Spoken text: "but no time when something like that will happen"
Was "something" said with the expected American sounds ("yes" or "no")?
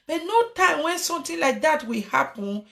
no